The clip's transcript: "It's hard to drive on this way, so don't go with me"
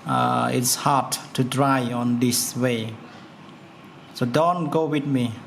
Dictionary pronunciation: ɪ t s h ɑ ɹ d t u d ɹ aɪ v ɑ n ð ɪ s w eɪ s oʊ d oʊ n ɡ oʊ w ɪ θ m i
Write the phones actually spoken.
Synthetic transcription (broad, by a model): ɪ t s h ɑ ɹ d t u d ɹ aɪ ɑ n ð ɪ s w eɪ s oʊ d oʊ n ɡ oʊ w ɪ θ m i